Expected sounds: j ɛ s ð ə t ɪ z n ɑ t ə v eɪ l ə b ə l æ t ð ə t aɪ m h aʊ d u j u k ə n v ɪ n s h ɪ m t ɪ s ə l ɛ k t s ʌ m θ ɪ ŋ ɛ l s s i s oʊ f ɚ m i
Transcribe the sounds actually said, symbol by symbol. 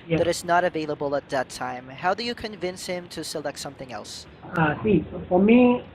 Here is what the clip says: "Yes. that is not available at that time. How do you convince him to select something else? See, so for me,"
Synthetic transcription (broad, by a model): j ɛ ð ə t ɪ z n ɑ t ə v eɪ l ə b ə l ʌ t ð ə t aɪ m h aʊ d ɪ j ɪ k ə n v ɪ n s h ɪ m t ɪ s ə l ɛ k t s ʌ m θ ɪ ŋ ɛ l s s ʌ s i f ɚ m i